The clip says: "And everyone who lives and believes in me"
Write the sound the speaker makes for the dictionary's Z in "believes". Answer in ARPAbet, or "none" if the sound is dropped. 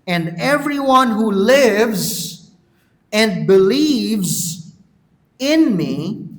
Z